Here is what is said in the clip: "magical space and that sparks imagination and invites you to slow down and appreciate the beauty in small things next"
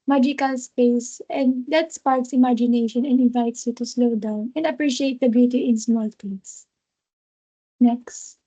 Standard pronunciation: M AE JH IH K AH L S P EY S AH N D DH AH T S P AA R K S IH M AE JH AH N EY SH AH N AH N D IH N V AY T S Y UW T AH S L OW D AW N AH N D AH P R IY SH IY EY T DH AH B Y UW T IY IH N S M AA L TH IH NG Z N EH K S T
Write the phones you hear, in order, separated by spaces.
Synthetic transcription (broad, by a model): M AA JH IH K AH L S P EY S AH N D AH T S P AA R K S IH M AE JH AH N EY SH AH N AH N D IH N V AY T S Y UW T AH S L OW D AW N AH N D AH P R IY SH IY EY T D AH B Y UW T IY IH N S M AA L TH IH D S N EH K S T